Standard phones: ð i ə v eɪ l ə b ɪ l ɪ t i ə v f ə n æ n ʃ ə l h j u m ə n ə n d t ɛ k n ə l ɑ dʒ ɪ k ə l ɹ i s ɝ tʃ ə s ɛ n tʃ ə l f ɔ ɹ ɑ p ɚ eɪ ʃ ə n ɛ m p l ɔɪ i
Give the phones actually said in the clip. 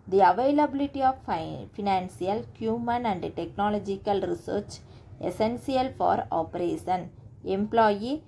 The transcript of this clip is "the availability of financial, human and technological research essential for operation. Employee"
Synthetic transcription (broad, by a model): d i ə v eɪ l ə b ɪ l ɪ t i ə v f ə n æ n s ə l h j u m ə n ə n d t ɛ k n ə l ɑ dʒ ɪ k ə l ɹ i s ɝ tʃ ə s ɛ n s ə l f ɔ ɹ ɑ p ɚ eɪ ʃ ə n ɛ m p l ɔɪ i